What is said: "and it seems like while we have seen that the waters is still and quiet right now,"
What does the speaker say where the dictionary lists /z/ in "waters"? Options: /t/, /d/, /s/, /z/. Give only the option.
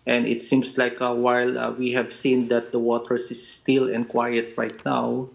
/s/